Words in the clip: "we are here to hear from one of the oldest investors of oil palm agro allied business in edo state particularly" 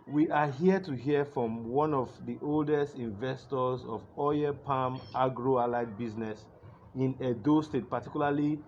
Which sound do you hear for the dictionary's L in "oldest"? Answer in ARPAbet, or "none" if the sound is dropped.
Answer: L